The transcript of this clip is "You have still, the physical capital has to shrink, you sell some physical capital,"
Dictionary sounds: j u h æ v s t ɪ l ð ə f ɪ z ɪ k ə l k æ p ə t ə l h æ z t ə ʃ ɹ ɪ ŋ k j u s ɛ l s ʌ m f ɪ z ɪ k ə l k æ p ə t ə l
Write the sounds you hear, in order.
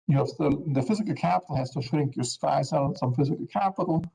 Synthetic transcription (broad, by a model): j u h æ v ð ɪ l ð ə f ɪ z ɪ k ə l k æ p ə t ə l h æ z t ə ʃ ɹ ɪ ŋ k j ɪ s ɛ l s ʌ m f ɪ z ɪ k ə l k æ p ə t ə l